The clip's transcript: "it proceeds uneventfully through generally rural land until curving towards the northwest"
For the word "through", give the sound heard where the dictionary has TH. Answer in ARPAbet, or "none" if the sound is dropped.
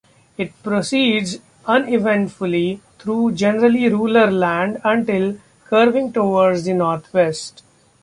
T